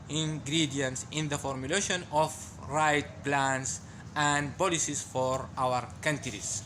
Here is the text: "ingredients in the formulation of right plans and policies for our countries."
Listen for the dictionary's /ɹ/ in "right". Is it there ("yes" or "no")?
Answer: yes